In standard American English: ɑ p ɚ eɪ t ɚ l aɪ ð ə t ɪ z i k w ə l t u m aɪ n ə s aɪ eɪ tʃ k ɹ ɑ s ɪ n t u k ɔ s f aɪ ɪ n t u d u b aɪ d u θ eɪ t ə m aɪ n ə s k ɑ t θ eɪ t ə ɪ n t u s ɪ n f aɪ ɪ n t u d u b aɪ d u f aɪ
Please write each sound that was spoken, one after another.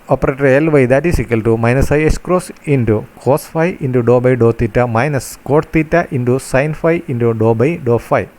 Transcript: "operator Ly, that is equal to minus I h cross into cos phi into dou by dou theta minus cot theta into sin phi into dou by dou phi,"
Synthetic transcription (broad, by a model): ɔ p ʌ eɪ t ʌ l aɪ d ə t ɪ s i k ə l t u m aɪ n ə s aɪ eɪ s k ɹ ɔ s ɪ n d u k ɔ s f aɪ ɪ n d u d u b aɪ d u t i t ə m aɪ n ə s k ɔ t t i t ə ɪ n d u s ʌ n f aɪ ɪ n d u d u b aɪ d u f aɪ